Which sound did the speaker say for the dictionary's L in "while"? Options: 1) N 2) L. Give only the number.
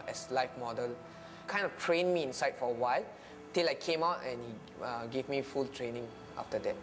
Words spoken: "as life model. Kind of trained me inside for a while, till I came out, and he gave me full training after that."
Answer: 2